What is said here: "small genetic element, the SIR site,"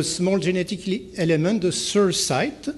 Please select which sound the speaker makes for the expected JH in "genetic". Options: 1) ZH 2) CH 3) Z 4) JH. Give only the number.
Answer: 1